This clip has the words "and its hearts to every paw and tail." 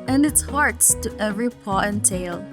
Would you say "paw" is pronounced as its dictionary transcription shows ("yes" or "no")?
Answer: yes